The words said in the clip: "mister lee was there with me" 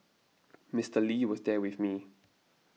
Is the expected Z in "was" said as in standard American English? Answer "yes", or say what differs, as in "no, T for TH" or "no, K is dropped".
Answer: yes